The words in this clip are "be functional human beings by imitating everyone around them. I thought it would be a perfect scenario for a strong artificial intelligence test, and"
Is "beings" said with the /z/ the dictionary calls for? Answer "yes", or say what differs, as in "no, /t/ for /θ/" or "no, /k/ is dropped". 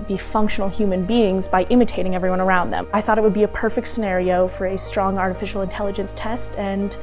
yes